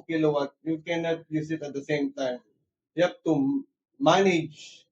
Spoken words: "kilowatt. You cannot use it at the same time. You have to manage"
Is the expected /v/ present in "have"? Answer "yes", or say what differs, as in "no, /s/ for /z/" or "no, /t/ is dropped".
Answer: no, /p/ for /v/